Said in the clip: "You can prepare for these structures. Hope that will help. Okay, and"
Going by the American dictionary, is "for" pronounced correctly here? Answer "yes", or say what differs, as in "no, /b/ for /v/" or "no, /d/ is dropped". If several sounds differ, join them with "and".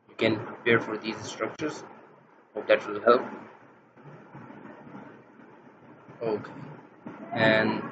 yes